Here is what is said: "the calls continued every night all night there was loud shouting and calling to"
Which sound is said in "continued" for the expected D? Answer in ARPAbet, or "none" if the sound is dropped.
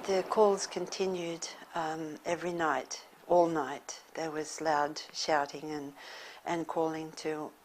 D